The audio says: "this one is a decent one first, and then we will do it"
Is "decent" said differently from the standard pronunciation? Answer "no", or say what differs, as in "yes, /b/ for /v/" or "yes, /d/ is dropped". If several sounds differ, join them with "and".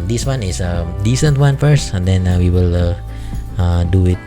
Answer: no